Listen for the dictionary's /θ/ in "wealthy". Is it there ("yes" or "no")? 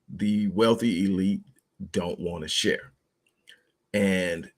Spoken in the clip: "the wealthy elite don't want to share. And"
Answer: yes